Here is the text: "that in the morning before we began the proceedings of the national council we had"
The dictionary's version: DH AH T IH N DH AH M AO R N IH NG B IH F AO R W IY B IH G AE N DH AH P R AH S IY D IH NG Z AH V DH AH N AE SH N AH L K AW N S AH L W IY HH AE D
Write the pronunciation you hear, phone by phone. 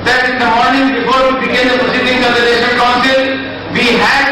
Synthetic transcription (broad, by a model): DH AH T IH N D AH M AO R N IH NG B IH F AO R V IY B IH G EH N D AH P AH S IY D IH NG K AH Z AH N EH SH AH N K AW N S AH L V IY HH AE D